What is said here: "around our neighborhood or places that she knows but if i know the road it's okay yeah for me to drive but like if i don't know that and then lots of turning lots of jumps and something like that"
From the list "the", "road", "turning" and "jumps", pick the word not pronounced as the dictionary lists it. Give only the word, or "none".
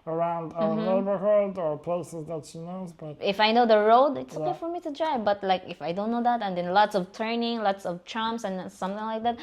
jumps